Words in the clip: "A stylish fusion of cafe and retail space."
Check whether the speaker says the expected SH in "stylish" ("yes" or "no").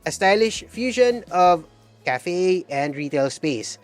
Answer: yes